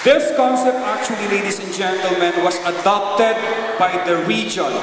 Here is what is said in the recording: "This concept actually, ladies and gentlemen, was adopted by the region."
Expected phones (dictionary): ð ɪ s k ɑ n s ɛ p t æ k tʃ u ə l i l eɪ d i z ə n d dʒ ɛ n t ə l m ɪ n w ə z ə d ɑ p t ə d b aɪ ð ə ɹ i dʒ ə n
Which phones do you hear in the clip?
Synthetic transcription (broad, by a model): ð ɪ s k ɑ n s ɛ p t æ k tʃ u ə l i l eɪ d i s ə n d dʒ ɛ n t ə l m ɪ n w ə s ə d ɑ p t ə d b aɪ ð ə ɹ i dʒ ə n